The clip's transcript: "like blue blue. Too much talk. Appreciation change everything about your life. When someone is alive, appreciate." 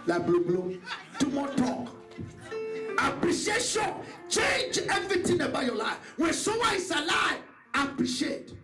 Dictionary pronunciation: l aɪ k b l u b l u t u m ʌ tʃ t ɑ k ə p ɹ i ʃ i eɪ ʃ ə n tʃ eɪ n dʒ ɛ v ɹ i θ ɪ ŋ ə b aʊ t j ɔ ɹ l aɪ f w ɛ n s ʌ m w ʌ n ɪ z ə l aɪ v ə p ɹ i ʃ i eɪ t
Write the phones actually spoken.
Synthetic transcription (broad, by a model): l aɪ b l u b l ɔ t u m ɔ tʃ t ɑ k ə p ɹ i ʃ i eɪ ʃ ə n tʃ eɪ n dʒ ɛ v ɹ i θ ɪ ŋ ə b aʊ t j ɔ l aɪ f w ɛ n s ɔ w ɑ ɪ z ə l aɪ v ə p ɹ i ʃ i eɪ t